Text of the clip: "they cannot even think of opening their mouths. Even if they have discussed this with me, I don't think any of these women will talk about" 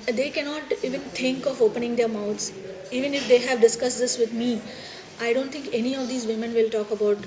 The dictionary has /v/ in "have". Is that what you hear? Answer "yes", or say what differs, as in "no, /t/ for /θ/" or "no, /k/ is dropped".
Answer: yes